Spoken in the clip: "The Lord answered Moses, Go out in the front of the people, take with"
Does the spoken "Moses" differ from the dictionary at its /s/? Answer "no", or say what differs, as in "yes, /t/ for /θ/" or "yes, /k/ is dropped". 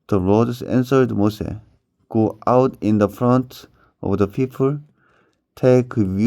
yes, /s/ is dropped